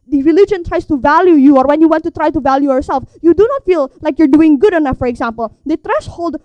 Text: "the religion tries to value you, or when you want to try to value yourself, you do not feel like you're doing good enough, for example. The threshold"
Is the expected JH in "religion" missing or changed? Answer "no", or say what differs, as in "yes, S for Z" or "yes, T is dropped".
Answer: no